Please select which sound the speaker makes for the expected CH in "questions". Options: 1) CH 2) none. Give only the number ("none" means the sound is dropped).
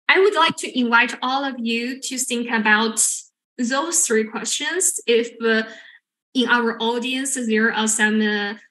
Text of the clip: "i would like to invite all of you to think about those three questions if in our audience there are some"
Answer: 1